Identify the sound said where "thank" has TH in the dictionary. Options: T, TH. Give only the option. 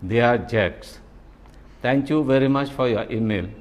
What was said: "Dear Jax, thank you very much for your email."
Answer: T